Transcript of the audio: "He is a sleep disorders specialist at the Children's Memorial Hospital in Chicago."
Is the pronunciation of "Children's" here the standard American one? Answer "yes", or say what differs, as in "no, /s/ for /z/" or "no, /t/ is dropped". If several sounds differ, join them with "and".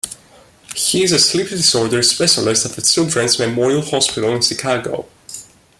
no, /s/ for /tʃ/ and /s/ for /z/